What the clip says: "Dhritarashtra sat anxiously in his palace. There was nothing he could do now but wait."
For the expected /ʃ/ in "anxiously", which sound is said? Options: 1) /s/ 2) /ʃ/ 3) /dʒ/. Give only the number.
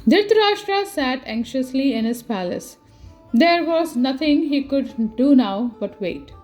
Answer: 2